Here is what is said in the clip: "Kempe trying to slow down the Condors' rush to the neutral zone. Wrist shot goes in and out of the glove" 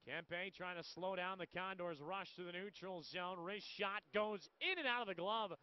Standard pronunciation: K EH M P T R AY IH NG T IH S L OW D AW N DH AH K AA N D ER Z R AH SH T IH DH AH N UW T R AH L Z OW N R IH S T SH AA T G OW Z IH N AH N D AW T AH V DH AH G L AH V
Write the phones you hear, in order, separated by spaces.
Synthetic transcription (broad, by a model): K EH M P T R AY IH NG T IH S L OW D AW N DH AH K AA N D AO Z R AH SH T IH DH AH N UW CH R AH L Z OW N R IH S SH AA T G OW Z IH N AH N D AW T AH V DH AH G L AH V